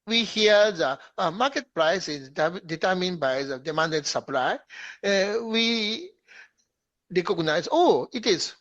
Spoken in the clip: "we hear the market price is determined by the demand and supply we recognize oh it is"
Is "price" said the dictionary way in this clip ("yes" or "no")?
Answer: yes